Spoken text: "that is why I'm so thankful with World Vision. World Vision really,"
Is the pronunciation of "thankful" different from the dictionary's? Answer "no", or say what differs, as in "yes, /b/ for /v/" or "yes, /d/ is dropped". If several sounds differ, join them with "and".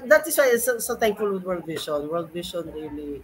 yes, /s/ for /θ/